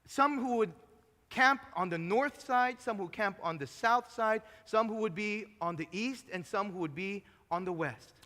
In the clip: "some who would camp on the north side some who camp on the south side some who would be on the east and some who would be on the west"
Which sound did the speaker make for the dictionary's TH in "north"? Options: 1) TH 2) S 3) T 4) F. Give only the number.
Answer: 1